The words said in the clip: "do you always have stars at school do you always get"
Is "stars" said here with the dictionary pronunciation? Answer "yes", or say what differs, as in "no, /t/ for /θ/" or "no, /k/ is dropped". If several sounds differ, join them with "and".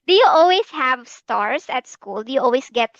no, /s/ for /z/